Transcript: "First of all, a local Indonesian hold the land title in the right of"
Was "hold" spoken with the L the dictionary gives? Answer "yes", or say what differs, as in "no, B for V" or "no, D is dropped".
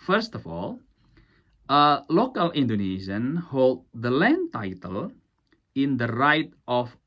yes